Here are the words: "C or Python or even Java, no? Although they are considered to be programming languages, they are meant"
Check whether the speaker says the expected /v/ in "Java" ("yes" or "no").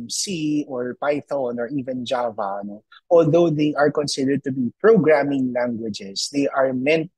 yes